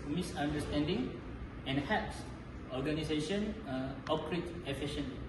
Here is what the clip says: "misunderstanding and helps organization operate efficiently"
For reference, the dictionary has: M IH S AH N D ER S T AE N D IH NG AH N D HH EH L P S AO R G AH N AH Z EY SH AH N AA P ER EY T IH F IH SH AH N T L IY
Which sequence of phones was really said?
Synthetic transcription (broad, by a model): M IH S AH N D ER S T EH N D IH NG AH N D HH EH P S AO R G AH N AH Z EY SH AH N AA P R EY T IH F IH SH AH N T